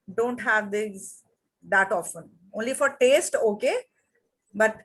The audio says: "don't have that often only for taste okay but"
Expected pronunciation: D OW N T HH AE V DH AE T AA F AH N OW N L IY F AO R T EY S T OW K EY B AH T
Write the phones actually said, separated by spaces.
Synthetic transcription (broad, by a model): D OW N T HH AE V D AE T AA F AH N OW N L IY F AO R T EY S T OW K EY B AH T